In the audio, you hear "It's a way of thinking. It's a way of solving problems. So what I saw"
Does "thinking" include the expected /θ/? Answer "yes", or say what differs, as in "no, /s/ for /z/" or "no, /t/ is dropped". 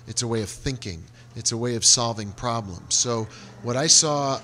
yes